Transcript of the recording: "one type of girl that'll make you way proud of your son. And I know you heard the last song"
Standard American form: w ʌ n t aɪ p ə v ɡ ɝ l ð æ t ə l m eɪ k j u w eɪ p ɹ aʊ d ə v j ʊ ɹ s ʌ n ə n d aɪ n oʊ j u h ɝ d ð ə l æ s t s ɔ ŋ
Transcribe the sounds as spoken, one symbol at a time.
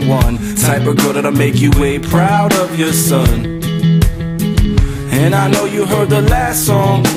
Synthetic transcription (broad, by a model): w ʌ n s aɪ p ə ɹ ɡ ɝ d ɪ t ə m eɪ k j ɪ w eɪ p ɹ aʊ d ə v j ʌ ɹ s ʌ n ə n aɪ n oʊ j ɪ h ɝ d ð ə l æ s t s ɔ ŋ